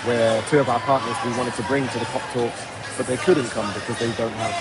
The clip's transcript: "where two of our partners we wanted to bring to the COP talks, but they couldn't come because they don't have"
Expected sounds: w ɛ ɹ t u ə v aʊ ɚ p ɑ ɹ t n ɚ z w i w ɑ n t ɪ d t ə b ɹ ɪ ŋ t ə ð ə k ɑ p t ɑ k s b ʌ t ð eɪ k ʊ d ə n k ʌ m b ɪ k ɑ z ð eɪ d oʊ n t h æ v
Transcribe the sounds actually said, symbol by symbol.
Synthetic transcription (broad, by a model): w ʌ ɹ t u ə v aʊ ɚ p ɑ ɹ t n ɚ z w i w ɑ n t ɪ d t ə b ɹ ɪ ŋ t ə ð ə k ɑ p t ɑ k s b ʌ t ð eɪ k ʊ d n k ʌ m b ɪ k ɑ z ð eɪ d oʊ n t h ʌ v